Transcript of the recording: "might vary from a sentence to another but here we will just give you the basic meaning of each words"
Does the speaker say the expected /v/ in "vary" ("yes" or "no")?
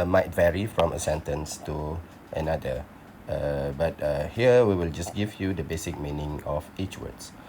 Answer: yes